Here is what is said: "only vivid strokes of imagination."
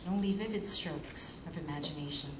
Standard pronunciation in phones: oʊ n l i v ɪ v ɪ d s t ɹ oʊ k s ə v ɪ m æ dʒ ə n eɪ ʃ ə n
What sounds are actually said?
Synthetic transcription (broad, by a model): oʊ n l i v ɪ v ɪ d s t ɹ oʊ k s ə v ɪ m æ dʒ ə n eɪ ʃ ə n